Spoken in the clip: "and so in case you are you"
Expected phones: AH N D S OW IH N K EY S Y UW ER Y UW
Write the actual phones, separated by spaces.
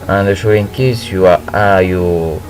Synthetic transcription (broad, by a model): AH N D SH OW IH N K EY S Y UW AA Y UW